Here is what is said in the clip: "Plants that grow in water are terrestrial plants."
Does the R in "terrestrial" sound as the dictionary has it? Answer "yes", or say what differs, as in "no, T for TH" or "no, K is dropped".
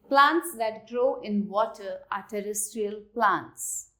yes